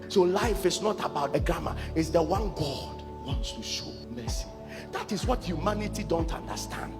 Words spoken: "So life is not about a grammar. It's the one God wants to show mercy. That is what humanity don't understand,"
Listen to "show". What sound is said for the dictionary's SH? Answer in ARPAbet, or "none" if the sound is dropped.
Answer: SH